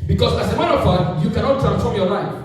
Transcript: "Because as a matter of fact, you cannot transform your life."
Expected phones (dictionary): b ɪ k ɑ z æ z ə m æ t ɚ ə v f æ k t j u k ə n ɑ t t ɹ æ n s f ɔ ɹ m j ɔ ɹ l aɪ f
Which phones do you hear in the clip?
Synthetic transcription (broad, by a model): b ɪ k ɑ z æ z ə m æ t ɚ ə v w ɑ t j u k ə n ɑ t t ɹ æ n s f ɔ ɹ m j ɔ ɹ l aɪ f